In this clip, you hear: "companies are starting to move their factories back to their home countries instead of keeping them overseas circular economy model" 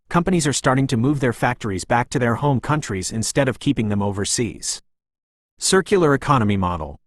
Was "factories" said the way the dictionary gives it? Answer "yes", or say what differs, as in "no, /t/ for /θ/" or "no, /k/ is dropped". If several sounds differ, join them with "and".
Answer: yes